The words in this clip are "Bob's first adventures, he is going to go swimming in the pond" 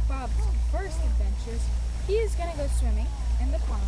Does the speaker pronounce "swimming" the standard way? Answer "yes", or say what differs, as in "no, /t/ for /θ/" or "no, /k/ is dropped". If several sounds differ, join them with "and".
yes